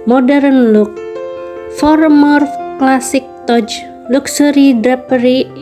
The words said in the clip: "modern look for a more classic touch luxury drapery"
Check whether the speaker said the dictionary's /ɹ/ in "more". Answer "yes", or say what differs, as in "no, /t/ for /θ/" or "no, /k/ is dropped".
yes